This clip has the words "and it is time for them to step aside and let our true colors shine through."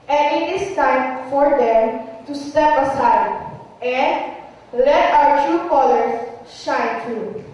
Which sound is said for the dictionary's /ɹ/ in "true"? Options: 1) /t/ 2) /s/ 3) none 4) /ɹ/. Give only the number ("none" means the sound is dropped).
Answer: 3